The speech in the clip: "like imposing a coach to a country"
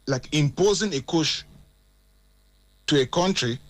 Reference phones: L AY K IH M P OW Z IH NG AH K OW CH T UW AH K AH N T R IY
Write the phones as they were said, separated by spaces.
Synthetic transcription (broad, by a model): L AY K IH M P OW Z IH NG AH K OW SH T UW AH K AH N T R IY